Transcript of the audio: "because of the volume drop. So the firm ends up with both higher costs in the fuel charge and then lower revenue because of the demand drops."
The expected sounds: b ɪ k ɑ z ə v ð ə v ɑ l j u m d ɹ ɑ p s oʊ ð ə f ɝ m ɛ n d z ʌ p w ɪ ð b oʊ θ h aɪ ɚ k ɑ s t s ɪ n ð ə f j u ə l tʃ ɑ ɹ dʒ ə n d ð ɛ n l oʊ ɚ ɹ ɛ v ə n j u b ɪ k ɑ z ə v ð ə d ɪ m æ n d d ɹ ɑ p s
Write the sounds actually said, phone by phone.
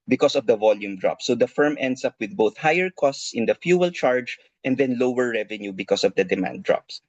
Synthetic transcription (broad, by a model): b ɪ k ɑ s ə v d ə v ɑ l j u m d ɹ ɑ p s oʊ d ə f ɝ m ɛ n d s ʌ p w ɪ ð b oʊ θ h aɪ ɚ k ɑ s t s ɪ n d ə f j u ə l tʃ ɑ ɹ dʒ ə n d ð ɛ n l oʊ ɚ ɹ ɛ v ə n j u b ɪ k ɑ s ə v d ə d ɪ m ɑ n d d ɹ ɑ p s